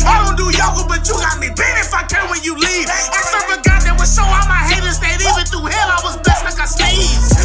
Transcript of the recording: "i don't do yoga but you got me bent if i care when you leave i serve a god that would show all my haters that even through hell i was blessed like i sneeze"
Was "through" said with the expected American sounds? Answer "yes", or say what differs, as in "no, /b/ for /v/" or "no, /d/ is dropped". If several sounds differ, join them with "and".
no, /ɹ/ is dropped